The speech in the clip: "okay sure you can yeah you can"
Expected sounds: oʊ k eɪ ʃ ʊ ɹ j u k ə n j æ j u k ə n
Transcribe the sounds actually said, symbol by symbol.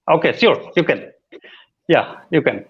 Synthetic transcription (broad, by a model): oʊ k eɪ s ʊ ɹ j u k ə n j æ j u k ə n